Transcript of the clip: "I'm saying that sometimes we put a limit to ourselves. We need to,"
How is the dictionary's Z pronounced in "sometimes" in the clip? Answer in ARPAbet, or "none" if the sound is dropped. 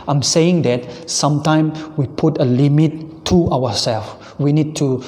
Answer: none